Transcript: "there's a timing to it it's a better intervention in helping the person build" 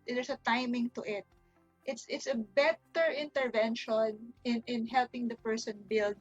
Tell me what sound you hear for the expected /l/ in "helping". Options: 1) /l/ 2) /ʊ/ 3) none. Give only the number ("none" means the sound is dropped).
1